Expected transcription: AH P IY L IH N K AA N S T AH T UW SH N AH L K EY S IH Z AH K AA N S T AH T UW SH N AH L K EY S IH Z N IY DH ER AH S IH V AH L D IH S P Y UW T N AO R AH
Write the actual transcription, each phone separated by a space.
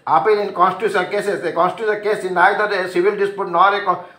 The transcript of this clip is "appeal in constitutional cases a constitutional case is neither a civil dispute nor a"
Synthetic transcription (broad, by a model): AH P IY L IH N K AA N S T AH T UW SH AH N K EY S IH S AH K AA N S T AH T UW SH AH N K EY S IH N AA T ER AH S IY B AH L D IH S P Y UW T N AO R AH